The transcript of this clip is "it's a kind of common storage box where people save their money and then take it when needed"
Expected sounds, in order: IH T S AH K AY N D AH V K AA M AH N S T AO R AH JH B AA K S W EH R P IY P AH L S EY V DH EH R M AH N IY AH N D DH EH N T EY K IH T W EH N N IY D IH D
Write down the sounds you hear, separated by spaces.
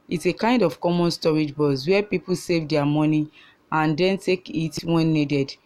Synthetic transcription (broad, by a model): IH T S AH K AY N D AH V K AA M AH N S T AO R AH JH B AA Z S W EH P IY P AH L S EY V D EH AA M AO N IY AH N D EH N T EY K IH T W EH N N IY D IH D